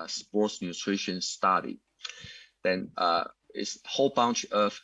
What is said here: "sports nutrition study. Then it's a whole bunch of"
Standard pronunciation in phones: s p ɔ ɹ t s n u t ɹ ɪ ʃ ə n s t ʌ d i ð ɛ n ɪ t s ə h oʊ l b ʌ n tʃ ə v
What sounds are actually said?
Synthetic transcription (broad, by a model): s p ɔ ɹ t s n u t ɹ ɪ ʃ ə n s t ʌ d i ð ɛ n ɪ t s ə h oʊ l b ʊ n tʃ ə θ